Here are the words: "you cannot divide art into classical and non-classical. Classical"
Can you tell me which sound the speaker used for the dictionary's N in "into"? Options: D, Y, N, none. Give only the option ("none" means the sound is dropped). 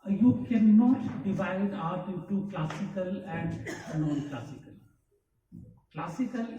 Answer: none